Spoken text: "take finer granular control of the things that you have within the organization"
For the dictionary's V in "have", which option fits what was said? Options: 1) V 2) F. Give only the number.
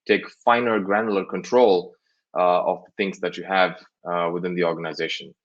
1